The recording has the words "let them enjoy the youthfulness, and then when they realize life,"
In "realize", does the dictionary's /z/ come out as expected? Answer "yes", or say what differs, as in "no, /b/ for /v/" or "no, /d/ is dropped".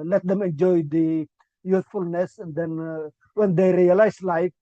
no, /s/ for /z/